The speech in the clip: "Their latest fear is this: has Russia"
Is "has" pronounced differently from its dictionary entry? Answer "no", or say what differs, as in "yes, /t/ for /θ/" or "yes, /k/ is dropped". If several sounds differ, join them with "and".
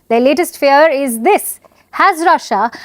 no